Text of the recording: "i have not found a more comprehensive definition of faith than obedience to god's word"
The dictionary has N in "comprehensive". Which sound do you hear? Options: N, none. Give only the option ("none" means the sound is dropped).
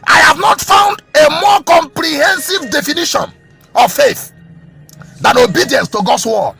N